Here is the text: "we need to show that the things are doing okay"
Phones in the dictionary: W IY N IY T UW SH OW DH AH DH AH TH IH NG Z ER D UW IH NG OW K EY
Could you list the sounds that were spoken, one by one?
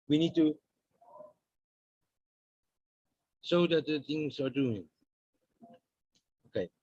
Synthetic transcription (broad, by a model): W IY N IY T UW S OW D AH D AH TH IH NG S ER D UW IH NG OW K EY